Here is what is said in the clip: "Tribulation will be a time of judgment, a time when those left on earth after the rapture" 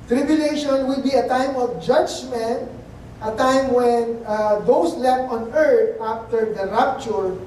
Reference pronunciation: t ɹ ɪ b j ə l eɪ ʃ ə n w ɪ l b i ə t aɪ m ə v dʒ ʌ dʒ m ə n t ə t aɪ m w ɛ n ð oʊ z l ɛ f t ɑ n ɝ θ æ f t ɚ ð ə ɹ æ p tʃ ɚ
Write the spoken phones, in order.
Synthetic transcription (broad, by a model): t ɹ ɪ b j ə l eɪ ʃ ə n w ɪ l b i ə t aɪ m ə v dʒ ʌ dʒ m ə n t ə t aɪ m w ɛ n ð oʊ s l ɛ f t ɑ n ɝ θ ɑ f t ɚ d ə ɹ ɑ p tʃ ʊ